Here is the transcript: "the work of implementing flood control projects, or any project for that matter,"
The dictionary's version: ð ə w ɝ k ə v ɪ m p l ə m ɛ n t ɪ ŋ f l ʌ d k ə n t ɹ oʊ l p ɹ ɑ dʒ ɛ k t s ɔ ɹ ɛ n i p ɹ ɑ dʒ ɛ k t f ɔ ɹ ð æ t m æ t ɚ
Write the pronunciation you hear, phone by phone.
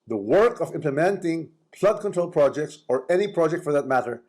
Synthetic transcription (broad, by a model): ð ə w ɝ k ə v ɪ m p l ə m ɛ n t ɪ ŋ p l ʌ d k ə n t ɹ oʊ l p ɹ ɑ dʒ ɛ k t s ɔ ɹ ɛ n i p ɹ ɑ dʒ ɛ k t f ɔ ɹ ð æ t m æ t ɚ